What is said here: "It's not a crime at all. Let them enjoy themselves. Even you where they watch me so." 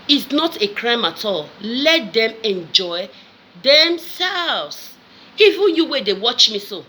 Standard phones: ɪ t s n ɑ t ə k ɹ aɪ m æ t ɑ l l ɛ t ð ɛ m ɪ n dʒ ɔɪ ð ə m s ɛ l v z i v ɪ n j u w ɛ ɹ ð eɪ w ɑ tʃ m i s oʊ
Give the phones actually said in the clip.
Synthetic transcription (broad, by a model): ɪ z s n ɑ t ə k ɹ aɪ m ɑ t ɑ l l ɛ t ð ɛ m ɪ n dʒ ɔɪ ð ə m s ɛ l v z i v ɪ n j u w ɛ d eɪ w ɑ tʃ m i s oʊ